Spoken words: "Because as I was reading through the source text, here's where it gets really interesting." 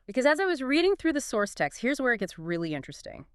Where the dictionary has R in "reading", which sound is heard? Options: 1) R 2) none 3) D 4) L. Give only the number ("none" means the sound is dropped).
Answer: 1